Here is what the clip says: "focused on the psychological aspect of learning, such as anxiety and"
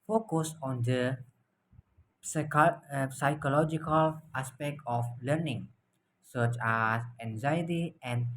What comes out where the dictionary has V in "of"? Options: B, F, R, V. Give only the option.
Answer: F